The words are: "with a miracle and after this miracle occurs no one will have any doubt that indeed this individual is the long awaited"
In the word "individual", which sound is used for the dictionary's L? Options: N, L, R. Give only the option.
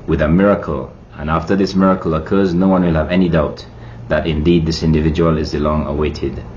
L